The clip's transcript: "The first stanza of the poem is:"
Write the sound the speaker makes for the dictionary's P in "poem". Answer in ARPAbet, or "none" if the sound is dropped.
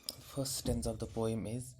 P